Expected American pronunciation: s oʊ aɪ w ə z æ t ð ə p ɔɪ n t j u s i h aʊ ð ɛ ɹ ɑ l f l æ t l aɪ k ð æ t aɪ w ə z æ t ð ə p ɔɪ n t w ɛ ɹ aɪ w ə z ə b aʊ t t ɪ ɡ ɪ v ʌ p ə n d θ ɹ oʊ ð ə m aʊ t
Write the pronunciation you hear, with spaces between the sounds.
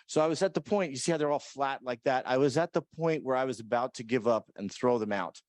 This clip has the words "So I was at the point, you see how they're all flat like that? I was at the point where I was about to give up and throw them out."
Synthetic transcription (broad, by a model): s oʊ aɪ w ə z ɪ t ð ə p ɔɪ n t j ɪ s i h aʊ ð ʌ ɹ ɑ l f l æ t l aɪ k ð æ t aɪ w ə z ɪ t ð ə p ɔɪ n t w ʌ ɹ aɪ w ə z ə b aʊ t t ɪ ɡ ɪ v ʌ p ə n θ ɹ oʊ ð ə m aʊ t